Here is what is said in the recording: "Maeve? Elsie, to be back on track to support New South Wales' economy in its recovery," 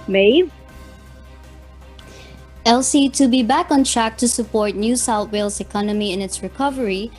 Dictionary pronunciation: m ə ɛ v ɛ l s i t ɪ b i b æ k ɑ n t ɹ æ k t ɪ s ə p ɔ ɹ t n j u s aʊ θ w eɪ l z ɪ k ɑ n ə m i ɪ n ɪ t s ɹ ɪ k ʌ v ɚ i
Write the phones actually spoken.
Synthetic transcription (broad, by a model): m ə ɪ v ɛ l s i t ɪ b i b æ k ɑ n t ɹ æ k t ɪ s ə p ɔ ɹ t n j u s aʊ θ w eɪ l s ɪ k ɑ n ə m i ɪ n ɪ t s ɹ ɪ k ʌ v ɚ i